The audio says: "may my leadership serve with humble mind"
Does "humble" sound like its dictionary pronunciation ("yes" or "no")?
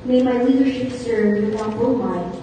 no